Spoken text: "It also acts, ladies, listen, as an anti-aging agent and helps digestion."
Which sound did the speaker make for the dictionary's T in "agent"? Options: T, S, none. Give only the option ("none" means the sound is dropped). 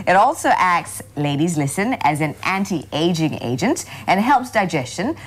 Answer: T